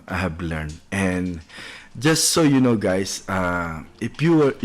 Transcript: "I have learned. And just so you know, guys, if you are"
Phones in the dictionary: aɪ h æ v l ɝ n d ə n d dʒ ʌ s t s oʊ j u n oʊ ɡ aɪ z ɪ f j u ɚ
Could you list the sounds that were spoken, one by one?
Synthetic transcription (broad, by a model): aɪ h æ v l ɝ n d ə n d dʒ ʌ s t s oʊ j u n oʊ ɡ aɪ s ɪ f j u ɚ